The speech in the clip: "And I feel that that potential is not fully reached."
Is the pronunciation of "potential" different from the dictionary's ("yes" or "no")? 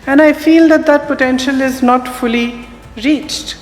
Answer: no